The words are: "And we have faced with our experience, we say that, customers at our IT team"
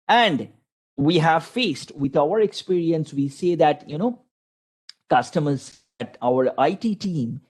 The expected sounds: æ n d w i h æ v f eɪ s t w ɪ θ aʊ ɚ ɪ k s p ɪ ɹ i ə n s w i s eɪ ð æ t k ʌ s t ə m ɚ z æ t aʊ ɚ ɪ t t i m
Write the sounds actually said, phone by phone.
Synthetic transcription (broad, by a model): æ n d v i h æ v f eɪ s t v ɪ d aʊ ɚ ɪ k s p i ɹ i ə n s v i s eɪ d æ t k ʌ s t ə m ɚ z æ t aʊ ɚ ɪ t t i m